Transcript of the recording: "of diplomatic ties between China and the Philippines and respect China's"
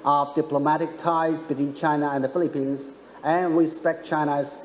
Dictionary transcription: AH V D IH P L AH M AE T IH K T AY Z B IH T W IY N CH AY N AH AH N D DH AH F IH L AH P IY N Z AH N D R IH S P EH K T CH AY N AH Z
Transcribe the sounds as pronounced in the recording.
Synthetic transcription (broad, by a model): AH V D IH P L AH M AE T IH K T AY Z B IH T W IY N CH AY N AH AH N DH AH F IH L AH P IY N Z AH N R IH S P EH K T CH AY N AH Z